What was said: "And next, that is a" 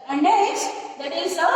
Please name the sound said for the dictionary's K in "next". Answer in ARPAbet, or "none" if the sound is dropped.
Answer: none